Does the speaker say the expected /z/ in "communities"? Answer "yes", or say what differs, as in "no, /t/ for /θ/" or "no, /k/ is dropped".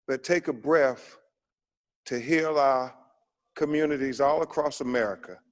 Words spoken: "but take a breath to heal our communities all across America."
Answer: yes